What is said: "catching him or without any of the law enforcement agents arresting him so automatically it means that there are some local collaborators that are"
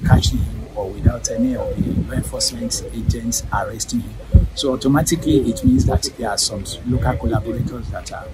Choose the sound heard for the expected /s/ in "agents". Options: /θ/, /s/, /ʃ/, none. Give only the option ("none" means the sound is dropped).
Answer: /s/